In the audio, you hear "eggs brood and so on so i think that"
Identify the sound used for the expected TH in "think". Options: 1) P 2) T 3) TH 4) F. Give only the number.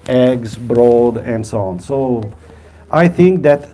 3